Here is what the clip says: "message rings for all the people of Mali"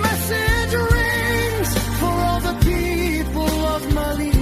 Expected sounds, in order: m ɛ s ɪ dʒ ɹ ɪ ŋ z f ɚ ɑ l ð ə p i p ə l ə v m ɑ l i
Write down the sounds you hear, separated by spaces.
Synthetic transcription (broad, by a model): m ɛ s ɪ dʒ ɹ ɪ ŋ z f ɚ ɑ l ð ə p i p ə l ə v m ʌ l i